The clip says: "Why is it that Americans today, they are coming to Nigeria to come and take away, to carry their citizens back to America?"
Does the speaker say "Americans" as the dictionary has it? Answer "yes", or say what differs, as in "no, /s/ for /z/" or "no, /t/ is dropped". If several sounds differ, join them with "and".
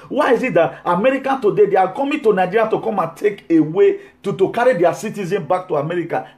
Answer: no, /z/ is dropped